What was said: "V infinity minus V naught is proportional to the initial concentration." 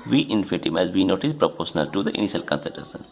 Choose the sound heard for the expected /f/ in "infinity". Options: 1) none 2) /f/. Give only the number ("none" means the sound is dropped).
1